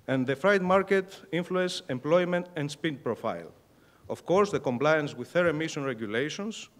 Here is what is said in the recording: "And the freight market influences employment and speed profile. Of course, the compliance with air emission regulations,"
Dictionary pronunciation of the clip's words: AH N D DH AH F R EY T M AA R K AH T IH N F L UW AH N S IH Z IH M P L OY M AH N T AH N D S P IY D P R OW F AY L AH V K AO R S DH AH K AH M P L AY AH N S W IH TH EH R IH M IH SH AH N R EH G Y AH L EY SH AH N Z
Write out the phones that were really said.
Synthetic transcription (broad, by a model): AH N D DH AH F R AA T M AA R K AH T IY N F L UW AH N S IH M P L OY M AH N T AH N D S P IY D P R OW F AY L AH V K AO R S DH AH K AH M P L AY AH N S W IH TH EH R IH M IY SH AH N R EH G Y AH L EY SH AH N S